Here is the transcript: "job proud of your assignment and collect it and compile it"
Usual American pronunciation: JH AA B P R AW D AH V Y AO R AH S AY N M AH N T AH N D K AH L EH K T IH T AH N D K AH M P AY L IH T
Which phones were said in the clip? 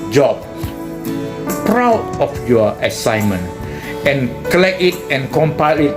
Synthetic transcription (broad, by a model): JH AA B P R AW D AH F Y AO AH S AY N M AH N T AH N K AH L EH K IH T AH N K AH M P AY L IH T